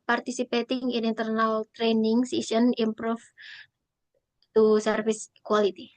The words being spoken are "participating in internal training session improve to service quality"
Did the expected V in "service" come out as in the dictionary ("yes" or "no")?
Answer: no